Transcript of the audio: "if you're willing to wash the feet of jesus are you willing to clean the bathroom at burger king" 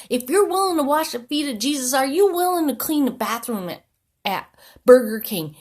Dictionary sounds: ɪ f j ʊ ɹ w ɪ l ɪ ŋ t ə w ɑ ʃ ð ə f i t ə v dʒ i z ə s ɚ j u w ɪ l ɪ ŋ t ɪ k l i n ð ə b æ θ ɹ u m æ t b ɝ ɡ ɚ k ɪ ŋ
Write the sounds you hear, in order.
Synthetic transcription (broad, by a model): ɪ f j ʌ ɹ w ɪ l ɪ ŋ t ə w ɑ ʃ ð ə f i t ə dʒ i z ə s ɚ j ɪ w ɪ l ɪ ŋ t ɪ k l i n ð ə b æ θ ɹ u m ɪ t b ɝ ɡ ɚ k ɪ ŋ